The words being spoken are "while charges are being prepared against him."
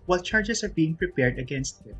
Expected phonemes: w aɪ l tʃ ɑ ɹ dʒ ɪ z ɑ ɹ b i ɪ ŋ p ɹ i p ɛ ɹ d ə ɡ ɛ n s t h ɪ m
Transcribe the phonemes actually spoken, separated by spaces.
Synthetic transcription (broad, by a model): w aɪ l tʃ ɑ ɹ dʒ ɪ s ɑ ɹ b i ɪ ŋ p ɹ i p ɛ ɹ d ə ɡ ɛ n s t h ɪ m